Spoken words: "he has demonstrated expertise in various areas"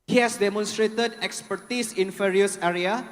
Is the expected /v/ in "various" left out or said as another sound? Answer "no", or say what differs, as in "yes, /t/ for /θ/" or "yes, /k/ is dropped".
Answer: yes, /f/ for /v/